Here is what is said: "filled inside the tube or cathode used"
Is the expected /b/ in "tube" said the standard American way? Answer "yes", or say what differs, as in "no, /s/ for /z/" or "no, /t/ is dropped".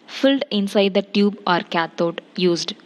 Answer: yes